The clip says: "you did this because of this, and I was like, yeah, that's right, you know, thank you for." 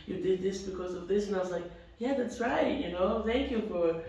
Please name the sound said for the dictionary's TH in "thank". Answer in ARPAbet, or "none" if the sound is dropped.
TH